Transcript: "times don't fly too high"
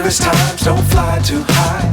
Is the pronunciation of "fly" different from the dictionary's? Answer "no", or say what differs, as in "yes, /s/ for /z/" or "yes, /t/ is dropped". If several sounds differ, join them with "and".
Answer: no